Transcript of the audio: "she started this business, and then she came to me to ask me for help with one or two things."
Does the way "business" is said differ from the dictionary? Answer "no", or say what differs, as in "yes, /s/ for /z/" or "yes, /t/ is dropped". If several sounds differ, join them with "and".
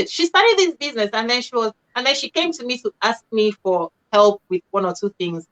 no